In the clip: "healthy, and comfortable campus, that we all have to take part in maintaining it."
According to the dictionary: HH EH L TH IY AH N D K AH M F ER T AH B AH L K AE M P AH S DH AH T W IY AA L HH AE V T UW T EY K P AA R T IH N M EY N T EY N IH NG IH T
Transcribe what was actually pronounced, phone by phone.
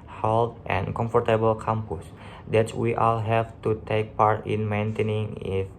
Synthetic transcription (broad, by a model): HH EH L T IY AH N K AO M F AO T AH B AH L K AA M P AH S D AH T W IY AA L HH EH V T UW T EY K P AA R T IH N M EY N T EY N IH NG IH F